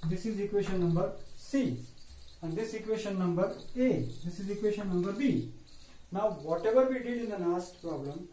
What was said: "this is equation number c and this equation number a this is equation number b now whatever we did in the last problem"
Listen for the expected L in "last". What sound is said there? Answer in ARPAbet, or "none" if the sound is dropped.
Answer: N